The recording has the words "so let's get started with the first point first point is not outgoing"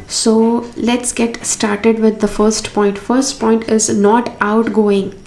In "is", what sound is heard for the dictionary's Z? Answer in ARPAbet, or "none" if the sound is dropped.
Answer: Z